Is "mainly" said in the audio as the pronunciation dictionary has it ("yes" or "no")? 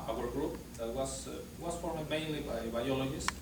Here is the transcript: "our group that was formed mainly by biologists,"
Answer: yes